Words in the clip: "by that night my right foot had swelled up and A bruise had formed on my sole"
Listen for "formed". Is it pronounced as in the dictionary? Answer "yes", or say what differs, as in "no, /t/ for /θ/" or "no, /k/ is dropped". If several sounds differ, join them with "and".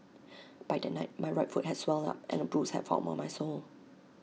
no, /l/ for /ɹ/ and /d/ is dropped